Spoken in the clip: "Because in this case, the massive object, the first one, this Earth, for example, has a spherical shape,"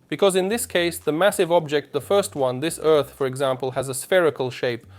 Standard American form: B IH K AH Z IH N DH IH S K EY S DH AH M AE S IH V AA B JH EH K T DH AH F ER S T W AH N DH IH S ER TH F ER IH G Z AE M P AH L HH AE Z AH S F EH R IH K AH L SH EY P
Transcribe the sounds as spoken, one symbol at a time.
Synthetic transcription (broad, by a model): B IH K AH Z IH N DH IH S K EY S DH AH M AE S IH V AA B JH EH K T DH AH F ER S T W AH N DH IH S ER TH F ER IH G Z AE M P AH L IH Z AH S F EH R IH K AH L SH EY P